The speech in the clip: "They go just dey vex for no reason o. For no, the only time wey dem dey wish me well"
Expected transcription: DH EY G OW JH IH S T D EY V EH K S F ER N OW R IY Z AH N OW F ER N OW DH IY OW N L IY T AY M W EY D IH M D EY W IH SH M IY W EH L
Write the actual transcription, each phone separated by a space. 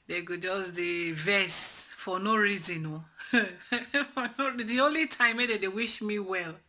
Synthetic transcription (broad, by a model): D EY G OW JH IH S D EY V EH S F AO N OW R IY Z AH N OW F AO N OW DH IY OW N L IY T AY M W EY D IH D EY W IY SH M IY W EH L